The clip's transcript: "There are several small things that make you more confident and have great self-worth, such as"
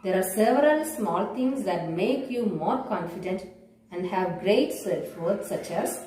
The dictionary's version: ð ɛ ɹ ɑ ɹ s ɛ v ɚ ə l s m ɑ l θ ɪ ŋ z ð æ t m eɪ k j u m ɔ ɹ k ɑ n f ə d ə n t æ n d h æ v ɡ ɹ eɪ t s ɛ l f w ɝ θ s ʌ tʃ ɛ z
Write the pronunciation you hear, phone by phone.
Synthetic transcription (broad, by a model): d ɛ ɹ ɑ ɹ s ɛ v ɚ ə l s m ɑ l t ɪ ŋ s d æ t m eɪ k j u m ɔ ɹ k ɑ n f ə d ə n t æ n d h æ v ɡ ɹ eɪ t s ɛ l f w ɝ t s ʌ tʃ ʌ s